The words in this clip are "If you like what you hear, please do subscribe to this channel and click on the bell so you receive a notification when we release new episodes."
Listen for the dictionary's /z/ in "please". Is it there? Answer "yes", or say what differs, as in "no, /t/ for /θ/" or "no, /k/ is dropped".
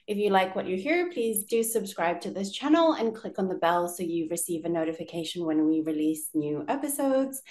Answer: yes